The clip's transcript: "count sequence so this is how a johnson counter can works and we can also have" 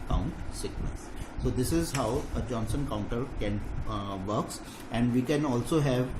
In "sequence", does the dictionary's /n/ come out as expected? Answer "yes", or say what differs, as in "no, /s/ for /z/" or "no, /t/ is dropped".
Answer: no, /n/ is dropped